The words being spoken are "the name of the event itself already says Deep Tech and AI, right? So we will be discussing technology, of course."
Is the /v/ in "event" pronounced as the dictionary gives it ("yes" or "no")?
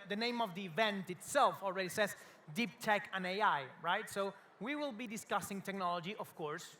yes